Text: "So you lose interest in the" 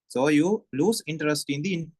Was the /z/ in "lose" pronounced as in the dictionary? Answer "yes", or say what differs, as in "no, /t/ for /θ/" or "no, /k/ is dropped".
no, /s/ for /z/